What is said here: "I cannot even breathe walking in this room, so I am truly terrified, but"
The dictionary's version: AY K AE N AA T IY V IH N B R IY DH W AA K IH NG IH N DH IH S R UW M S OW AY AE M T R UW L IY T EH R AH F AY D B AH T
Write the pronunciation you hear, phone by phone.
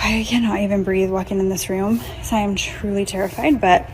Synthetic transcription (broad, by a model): AY K AE N AA T IY V IH N B R IY DH W AA K IH NG IH N DH IH S R UW M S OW AY M T R UW L IY T EH R AH F AY D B AH T